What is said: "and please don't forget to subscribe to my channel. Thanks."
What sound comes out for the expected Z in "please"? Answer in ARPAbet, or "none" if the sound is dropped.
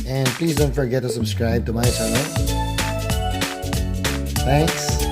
Z